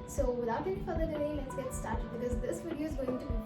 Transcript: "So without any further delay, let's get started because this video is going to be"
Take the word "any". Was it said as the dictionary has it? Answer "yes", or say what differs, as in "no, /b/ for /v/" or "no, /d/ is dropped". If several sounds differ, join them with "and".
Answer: no, /n/ is dropped